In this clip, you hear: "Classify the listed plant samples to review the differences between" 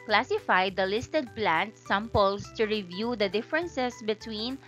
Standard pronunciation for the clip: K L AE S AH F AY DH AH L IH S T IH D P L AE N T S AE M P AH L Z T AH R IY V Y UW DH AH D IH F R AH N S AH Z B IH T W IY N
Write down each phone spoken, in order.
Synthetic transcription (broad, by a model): K L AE S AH F AY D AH L IH S T IH D P L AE N T S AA M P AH L S T AH R IY V Y UW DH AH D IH F R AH N S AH S B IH T W IY N